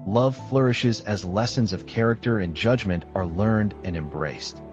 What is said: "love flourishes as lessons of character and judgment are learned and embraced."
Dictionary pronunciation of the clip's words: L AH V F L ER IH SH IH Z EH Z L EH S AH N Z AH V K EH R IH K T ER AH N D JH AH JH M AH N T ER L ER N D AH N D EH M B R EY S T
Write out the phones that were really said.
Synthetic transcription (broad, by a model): L AH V F L ER IH SH IH Z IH Z L EH S AH N Z AH V K EH R IH K T ER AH N JH AH JH M AH N T ER L ER N D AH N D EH M B R EY S T